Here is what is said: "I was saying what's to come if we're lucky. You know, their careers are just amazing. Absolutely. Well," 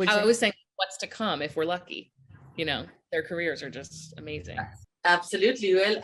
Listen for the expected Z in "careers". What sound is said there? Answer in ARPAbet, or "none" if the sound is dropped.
Z